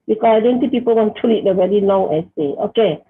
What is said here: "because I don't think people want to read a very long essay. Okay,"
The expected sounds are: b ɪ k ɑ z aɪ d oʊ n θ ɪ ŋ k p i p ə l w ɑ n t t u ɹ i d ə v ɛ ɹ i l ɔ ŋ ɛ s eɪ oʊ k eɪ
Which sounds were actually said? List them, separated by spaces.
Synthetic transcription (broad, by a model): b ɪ k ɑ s aɪ d oʊ n s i p i p ə l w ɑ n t t u l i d ə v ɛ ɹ i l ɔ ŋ ɛ s eɪ oʊ k eɪ